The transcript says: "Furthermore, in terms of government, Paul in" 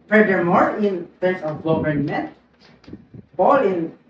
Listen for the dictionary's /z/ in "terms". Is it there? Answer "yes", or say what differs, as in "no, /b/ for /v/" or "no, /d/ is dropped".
no, /s/ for /z/